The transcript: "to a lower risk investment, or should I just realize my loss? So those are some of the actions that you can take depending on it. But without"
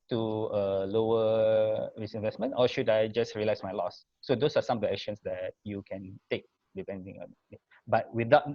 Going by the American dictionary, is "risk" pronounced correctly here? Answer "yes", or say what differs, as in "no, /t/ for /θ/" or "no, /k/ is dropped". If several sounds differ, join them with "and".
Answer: no, /k/ is dropped